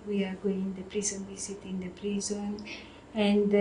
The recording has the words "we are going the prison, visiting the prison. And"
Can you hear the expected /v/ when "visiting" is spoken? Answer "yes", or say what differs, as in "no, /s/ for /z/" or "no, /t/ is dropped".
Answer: no, /w/ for /v/